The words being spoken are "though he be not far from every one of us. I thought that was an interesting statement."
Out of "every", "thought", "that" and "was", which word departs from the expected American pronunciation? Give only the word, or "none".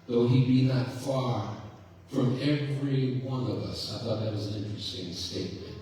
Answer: none